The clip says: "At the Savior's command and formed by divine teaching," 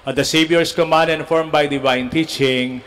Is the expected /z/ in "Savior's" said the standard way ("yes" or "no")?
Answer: no